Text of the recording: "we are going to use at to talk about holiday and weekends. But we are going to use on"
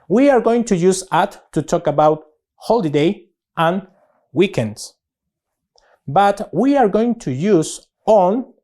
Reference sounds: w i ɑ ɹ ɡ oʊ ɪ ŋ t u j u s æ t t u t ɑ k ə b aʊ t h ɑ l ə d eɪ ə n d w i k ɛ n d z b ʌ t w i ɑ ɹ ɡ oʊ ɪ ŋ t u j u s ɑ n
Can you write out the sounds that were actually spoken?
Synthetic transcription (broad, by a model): w i ɑ ɹ ɡ oʊ ɪ ŋ t u j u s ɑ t t u t ɑ k ə b aʊ t h ɑ l ə d eɪ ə n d w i k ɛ n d s b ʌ t w i ɑ ɹ ɡ oʊ ɪ ŋ t u j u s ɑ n